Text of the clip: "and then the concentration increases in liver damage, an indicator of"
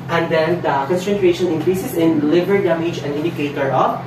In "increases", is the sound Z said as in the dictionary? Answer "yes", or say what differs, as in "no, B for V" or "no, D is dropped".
no, S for Z